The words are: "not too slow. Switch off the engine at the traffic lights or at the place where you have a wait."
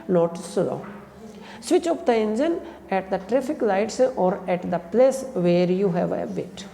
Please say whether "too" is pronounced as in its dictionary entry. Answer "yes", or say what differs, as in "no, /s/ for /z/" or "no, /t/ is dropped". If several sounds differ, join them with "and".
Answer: no, /s/ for /t/